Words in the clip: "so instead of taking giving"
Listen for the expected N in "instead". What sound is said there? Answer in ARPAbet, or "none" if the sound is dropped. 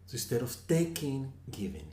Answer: none